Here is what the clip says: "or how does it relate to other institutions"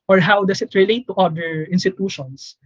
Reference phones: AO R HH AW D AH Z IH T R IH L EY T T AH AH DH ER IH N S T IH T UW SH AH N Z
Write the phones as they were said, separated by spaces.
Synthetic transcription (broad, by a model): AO R HH AW D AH S IH T R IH L EY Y T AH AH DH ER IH N S T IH T UW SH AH N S